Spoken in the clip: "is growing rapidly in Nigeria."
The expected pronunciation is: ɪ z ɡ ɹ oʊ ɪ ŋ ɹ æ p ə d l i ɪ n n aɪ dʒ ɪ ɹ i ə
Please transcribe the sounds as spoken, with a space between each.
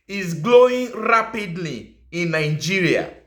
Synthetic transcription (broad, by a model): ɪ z ɡ l oʊ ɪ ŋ ɹ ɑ p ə d l i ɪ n n aɪ dʒ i ɹ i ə